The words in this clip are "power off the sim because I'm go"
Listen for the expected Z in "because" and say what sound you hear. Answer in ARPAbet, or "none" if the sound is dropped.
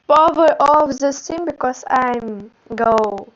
S